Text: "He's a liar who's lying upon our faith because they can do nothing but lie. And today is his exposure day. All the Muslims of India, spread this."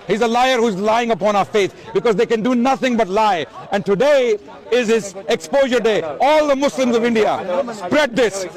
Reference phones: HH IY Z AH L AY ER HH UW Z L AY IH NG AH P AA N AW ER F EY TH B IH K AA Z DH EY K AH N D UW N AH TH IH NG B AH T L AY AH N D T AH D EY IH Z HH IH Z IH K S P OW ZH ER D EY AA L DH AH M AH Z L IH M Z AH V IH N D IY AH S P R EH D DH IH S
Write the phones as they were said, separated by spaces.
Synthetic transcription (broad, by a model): HH IY Z AH L AY ER HH UW Z L AY IH NG AH P AA N AW ER F EY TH B IH K AA Z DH EY K AH N D UW N AH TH IH NG B AH T L AY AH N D T AH D EY IH Z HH IH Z IH K S P OW ZH ER D EY AA L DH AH M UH S L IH M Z AH V IH N D IY AH S P R EH D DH IH S